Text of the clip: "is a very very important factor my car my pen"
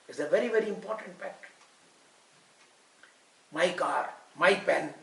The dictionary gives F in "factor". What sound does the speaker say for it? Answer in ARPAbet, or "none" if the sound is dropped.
P